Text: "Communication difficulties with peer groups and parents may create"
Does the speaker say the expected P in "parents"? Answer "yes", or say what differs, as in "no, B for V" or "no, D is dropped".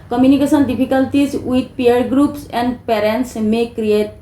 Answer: yes